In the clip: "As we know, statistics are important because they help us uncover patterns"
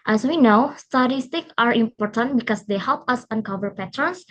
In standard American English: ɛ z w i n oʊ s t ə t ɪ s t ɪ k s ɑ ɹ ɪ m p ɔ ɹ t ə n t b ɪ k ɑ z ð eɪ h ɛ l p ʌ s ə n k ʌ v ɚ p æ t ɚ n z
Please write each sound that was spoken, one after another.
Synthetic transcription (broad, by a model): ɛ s w i n oʊ s t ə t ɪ s t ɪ k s ɑ ɹ ɪ m p ɔ ɹ t ə n t b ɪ k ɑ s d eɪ h ɛ l p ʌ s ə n k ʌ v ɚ p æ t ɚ n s